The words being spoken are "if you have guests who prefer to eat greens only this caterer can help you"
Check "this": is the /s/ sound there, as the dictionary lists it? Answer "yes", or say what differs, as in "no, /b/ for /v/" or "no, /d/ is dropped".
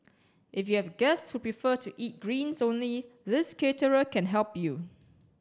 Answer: yes